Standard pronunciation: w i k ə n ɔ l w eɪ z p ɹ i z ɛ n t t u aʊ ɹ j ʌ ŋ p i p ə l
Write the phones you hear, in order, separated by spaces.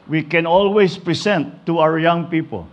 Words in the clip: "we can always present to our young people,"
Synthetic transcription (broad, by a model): w i k ə n ɔ l w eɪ s p ɹ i s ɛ n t t u aʊ ɹ j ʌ ŋ p i p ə l